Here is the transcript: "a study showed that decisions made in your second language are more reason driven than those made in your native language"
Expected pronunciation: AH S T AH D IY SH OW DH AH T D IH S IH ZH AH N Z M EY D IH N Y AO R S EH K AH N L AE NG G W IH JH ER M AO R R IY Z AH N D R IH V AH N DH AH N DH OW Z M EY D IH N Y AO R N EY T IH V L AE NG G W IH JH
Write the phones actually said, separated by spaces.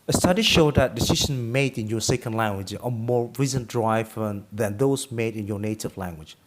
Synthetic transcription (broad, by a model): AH S T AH D IY SH OW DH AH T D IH S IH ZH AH N M EY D IH N Y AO S EH K AH N L AE NG G W IH JH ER M AO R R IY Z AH N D R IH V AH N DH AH N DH OW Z M EY D IH N Y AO N EY T IH V L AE NG G W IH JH